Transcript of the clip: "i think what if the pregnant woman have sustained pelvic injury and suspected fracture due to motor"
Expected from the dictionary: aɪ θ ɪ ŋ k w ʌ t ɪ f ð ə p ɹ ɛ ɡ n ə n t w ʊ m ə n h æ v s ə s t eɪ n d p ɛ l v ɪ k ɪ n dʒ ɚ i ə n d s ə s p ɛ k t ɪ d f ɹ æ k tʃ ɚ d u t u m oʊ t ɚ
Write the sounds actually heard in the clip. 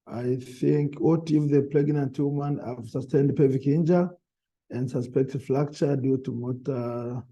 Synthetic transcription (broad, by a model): aɪ θ ɪ ŋ k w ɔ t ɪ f ð ə p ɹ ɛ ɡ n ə n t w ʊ m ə n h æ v s ə s t eɪ n d p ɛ v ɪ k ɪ n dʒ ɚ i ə n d s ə s p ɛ k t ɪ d f l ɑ k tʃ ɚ d u t u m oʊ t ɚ